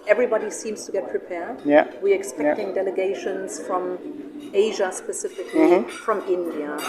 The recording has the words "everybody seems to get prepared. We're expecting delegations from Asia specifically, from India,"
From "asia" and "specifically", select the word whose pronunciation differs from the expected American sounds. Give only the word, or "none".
none